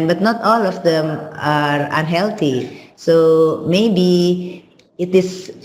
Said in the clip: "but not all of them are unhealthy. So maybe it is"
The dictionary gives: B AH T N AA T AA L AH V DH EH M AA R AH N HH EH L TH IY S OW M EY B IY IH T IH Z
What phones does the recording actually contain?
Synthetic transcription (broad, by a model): B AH T N AA T AA L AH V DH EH M AA R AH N HH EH L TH IY S OW M EY B IY IH T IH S